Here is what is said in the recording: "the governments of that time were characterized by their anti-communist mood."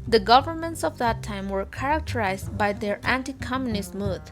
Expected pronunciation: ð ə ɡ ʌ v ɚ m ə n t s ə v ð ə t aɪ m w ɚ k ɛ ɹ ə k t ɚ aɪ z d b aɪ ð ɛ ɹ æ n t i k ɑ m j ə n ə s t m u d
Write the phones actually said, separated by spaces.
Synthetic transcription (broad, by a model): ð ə ɡ ʌ v ɚ m ə n t s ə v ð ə t aɪ m w ɚ k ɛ ɹ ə k t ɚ aɪ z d b aɪ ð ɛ ɹ æ n t i k ɑ m j ə n ə s t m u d